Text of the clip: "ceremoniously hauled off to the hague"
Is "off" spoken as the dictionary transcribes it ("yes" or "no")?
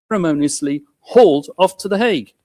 yes